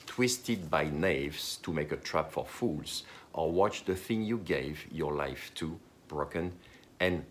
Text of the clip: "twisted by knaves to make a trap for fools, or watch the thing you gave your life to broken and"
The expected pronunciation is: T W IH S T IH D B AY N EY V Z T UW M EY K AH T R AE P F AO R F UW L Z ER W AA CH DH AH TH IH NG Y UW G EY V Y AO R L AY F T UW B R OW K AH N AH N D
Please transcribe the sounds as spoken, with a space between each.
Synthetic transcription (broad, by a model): T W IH S T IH D B AY N EY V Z T UW M EY K AH T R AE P F AO R F UW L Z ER W AA CH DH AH TH IH NG Y UW G EY V Y AO R L AY F T UW B R OW K AH N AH N